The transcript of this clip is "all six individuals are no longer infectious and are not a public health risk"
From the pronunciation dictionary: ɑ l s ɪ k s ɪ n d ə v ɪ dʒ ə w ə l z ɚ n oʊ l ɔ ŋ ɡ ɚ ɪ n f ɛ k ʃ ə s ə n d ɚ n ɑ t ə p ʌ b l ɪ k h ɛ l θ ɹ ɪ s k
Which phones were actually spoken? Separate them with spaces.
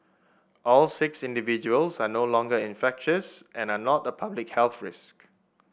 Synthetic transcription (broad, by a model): ɑ l s ɪ k s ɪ n d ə v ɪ dʒ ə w ə l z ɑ n oʊ l ɔ ŋ ɡ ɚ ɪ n f ɛ k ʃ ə s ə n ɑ n ɑ t ə p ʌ b l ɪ k h ɛ l θ ɹ ɪ s k